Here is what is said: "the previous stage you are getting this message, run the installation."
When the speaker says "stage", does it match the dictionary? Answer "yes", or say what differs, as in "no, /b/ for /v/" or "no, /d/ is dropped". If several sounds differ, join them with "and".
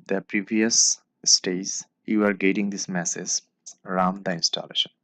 no, /z/ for /dʒ/